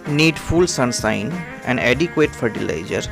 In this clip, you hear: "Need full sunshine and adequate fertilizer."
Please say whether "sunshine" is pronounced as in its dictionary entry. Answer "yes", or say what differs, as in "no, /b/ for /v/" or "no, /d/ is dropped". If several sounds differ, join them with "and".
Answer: no, /s/ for /ʃ/